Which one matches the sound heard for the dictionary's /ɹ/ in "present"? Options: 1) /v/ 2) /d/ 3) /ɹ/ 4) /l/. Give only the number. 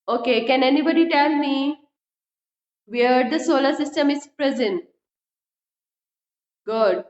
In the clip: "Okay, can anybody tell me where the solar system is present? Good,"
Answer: 3